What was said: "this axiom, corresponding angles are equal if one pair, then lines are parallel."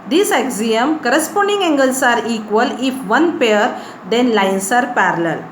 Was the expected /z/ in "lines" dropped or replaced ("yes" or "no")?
yes